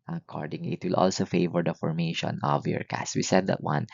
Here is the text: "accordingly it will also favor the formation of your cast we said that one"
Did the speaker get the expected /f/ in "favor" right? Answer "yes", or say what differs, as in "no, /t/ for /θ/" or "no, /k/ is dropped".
yes